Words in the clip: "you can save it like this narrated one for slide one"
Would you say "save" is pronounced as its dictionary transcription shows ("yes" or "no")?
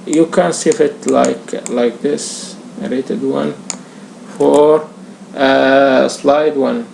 no